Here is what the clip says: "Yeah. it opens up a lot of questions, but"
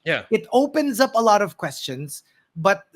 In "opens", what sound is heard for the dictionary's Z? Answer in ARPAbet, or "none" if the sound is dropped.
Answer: Z